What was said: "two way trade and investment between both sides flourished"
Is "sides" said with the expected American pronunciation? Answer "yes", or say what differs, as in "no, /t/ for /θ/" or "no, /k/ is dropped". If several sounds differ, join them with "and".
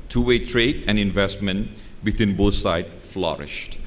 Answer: no, /z/ is dropped